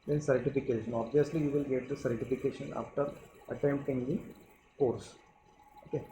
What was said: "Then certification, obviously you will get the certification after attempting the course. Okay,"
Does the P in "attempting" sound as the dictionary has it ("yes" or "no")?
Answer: no